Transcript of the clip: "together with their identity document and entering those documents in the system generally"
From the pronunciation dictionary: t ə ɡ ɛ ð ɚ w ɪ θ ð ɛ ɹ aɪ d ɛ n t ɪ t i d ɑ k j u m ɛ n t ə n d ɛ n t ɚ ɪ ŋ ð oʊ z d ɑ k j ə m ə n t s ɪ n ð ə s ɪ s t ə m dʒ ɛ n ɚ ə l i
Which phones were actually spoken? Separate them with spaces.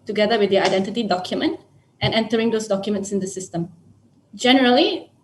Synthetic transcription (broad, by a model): t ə ɡ ɛ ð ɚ w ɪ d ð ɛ aɪ d ɛ n t ɪ t i d ɑ k j u m ɛ n t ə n ɛ n t ɚ ɪ ŋ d oʊ s d ɑ k j ə m ə n t s ɪ n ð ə s ɪ s t ə m dʒ ɛ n ɚ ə l i